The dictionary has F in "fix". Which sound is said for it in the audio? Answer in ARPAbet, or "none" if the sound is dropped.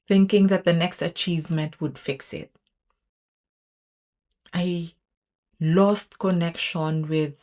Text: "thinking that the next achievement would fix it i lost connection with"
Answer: F